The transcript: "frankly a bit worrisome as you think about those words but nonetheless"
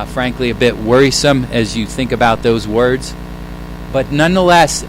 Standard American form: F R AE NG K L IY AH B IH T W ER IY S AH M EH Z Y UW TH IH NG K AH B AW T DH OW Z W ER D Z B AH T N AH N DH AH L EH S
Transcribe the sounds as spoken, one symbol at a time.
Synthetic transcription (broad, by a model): F R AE NG K L IY AH B IH T W ER IY S AH M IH Z Y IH TH IH NG K AH B AW T DH OW Z W ER D Z B AH T N AH N DH AH L EH S